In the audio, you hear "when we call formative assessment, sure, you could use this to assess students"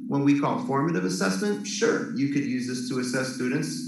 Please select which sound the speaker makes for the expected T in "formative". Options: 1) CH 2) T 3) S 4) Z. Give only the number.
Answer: 2